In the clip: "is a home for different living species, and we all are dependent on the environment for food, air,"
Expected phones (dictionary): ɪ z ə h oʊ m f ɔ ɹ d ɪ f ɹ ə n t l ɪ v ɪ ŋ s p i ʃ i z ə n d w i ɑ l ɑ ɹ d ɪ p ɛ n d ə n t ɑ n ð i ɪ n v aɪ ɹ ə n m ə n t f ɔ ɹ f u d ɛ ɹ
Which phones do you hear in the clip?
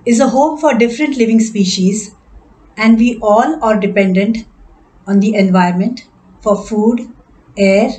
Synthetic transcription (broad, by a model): ɪ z ə h oʊ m f ɔ ɹ d ɪ f ɹ ə n t l ɪ v ɪ ŋ s p i ʃ i z ə n d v i ɑ l ɑ ɹ d ɪ p ɛ n d ə n t ɑ n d i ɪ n v aɪ ə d m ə n t f ɔ ɹ f u d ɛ ɹ